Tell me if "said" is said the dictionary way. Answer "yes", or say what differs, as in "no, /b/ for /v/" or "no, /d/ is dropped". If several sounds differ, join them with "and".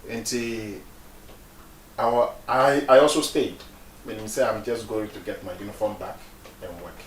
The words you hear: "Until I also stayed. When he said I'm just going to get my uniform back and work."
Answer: no, /d/ is dropped